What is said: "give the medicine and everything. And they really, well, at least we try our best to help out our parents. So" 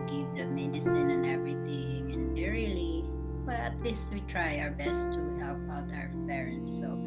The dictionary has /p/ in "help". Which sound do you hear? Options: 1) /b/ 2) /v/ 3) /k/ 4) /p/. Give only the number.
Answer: 1